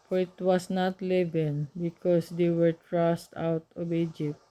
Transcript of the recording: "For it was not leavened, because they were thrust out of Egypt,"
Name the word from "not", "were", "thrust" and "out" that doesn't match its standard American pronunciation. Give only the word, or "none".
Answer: thrust